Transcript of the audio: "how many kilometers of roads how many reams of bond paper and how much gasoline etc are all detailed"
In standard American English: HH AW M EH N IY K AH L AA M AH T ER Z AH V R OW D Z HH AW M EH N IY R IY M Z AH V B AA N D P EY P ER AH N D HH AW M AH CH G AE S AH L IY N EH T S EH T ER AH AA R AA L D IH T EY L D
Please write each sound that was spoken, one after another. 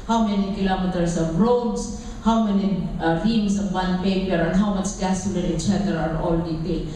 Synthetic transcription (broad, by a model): HH AW M EH N IY K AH L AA M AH T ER S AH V R OW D S HH AW M EH N IY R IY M S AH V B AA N P EY P ER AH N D HH AW M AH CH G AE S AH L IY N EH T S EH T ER AA R AA L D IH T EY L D